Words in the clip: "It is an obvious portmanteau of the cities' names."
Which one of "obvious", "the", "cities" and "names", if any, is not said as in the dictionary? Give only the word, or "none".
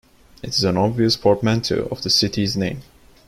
names